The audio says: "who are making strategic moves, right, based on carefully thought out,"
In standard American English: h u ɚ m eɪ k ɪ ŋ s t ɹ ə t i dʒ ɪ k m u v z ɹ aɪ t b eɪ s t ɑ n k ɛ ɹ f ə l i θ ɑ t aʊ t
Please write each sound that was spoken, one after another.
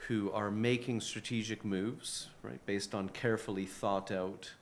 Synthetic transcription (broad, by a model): h u ɚ m eɪ k ɪ ŋ s t ɹ ə t i dʒ ɪ k m u v z ɹ aɪ t b eɪ s t n k ɛ ɹ f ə l i θ ɑ t aʊ t